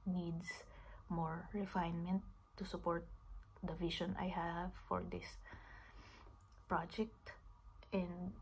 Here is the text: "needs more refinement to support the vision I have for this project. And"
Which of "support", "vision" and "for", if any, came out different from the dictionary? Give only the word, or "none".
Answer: vision